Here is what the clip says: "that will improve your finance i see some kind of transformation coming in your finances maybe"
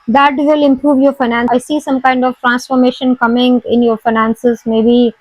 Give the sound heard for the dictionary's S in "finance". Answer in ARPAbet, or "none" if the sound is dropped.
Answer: none